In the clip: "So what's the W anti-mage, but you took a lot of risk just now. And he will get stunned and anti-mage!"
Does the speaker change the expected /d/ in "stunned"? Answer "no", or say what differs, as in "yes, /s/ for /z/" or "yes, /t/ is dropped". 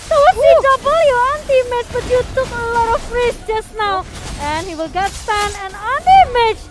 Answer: yes, /d/ is dropped